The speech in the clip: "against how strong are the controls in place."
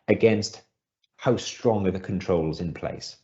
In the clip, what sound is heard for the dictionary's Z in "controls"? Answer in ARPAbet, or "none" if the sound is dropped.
Z